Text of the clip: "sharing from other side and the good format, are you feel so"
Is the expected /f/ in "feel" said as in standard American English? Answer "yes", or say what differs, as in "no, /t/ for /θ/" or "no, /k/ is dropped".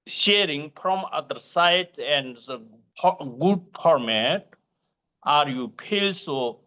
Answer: no, /p/ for /f/